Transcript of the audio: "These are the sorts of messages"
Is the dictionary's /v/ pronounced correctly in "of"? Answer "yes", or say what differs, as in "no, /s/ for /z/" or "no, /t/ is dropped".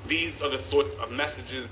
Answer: yes